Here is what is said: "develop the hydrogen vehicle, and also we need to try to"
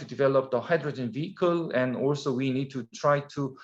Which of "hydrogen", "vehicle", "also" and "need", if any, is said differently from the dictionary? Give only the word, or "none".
none